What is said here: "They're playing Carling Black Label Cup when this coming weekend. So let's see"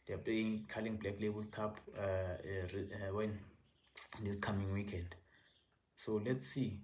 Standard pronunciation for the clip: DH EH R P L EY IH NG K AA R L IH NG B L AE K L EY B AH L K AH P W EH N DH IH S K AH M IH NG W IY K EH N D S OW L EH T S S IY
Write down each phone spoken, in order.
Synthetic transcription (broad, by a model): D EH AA P L EY IH NG K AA L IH NG B L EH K L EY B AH L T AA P W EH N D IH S K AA M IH NG W IY K EH N D S OW L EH T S S IY